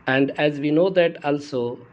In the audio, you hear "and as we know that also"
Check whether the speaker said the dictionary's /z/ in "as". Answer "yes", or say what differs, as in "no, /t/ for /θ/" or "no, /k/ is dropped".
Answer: yes